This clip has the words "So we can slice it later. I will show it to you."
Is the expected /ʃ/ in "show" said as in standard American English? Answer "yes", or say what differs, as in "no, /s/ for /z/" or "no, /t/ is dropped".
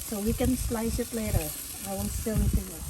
no, /s/ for /ʃ/